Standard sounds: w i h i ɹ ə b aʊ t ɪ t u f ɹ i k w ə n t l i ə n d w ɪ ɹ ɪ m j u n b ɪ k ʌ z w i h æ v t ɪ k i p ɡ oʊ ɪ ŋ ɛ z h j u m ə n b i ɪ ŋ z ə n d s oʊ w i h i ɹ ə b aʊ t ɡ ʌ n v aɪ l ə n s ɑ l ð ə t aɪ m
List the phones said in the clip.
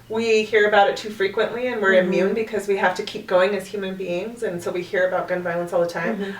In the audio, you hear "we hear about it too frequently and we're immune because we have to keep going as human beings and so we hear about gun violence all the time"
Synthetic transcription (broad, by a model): w i h i ɹ ə b aʊ t ɪ t u f ɹ i k w ə n t l i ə n w ɪ ɹ ɪ m j u n b ɪ k ʌ z w i h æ f t ɪ k i p ɡ oʊ ɪ ŋ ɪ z h j u m ə n b i ɪ ŋ z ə n s oʊ w i h i ɹ ə b aʊ t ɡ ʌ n v aɪ l ə n s ɑ l ð ə t aɪ m